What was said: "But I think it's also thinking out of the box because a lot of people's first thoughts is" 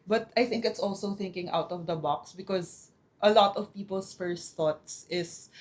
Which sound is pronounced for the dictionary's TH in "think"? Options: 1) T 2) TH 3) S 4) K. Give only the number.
2